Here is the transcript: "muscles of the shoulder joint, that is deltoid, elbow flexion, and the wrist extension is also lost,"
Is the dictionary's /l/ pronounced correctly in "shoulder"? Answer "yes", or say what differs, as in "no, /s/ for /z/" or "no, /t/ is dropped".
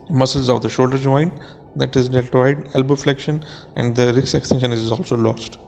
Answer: yes